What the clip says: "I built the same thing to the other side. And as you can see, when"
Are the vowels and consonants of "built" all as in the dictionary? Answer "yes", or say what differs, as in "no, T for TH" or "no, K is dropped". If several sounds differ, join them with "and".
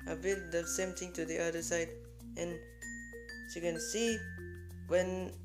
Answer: no, L is dropped